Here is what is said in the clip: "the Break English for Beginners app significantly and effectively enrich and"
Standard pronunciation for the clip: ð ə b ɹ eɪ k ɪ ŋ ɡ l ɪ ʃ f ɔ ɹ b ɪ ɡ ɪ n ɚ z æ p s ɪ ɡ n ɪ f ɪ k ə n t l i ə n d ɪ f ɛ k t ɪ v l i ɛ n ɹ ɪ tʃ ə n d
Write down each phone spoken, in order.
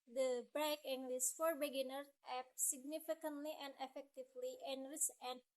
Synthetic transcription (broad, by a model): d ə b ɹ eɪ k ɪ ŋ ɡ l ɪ s f ɔ ɹ b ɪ ɡ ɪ n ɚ ɛ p s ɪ ɡ n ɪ f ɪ k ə n t l i ə n d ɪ f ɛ k t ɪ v l i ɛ n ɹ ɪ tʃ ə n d